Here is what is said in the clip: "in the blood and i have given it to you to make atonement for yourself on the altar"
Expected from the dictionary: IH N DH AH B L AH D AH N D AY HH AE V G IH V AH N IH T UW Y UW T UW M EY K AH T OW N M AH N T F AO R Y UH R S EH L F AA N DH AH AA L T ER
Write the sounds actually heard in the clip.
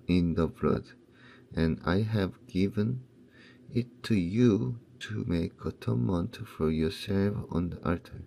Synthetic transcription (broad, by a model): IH N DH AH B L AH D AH N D AY HH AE V G IH V AH N IH T UW Y UW T UW M EY K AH T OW M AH N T F AO R Y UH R S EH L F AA N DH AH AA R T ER